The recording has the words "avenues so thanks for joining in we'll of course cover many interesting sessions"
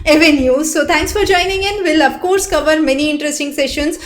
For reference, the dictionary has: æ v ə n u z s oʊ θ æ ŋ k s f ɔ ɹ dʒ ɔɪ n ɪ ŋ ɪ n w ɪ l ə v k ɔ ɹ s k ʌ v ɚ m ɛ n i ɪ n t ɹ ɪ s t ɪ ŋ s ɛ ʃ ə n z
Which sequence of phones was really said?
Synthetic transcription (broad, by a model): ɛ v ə n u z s oʊ t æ ŋ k s f ɔ ɹ dʒ ɔɪ n ɪ ŋ ɪ n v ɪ l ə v k ɔ ɹ s k ʌ v ɚ m ɛ n i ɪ n t ɹ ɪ s t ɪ ŋ s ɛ ʃ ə n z